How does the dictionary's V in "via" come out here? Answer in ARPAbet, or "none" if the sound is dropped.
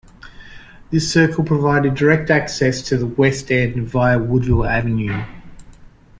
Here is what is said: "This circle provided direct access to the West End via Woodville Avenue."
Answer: V